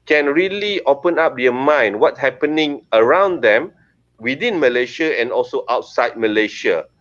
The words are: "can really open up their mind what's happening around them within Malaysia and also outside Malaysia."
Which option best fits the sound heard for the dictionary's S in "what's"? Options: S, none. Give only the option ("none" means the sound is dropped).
none